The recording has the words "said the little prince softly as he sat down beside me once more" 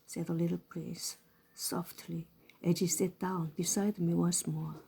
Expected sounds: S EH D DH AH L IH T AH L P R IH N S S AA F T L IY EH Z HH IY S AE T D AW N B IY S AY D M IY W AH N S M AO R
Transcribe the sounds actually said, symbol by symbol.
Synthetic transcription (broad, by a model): S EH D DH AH L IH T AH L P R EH S S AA F T L IY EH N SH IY S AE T D AW N B IY S AY D M IY W AH N S M AO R